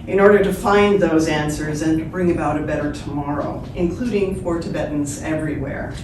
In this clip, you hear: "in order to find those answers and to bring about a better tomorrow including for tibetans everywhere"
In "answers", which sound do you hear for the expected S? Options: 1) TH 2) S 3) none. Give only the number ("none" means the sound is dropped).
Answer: 2